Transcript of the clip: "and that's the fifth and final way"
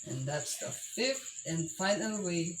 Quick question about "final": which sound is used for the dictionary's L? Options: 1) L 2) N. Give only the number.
2